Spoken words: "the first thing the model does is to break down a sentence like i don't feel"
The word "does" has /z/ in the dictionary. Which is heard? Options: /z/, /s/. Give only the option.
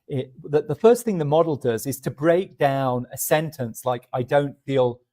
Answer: /z/